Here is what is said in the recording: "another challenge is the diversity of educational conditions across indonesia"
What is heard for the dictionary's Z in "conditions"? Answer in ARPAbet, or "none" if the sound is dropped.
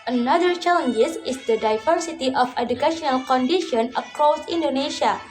none